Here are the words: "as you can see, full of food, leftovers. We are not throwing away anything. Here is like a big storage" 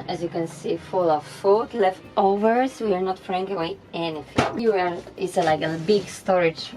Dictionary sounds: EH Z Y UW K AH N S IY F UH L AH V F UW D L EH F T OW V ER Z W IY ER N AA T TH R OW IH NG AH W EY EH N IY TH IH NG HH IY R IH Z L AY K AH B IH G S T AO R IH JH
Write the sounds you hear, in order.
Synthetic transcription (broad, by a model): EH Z Y UW K AH N S IY F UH L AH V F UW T L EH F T OW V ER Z W IY ER N AA T F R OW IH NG AH W EY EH N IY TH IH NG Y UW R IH S L AY K AH B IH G S T AO R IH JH